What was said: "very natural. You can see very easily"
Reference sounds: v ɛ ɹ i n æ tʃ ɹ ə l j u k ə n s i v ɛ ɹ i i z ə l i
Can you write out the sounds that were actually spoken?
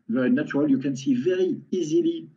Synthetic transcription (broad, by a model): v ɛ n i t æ ɹ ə l j u k ə n s i v ɛ ɹ i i z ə l i